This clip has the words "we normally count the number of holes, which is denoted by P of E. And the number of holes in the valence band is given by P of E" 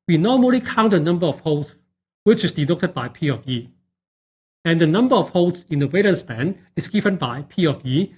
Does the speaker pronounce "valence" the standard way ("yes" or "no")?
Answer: no